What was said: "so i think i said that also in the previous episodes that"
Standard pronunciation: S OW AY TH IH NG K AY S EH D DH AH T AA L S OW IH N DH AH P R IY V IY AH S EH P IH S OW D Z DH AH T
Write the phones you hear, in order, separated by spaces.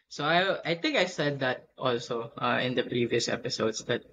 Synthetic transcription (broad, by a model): S OW AY T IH NG K AY S EH D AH T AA L S OW IH N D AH P R IY V IY AH S EH P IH S OW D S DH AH T